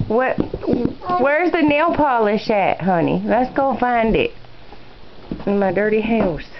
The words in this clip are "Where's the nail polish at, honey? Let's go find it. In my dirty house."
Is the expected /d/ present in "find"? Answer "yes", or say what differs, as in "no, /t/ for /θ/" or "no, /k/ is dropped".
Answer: yes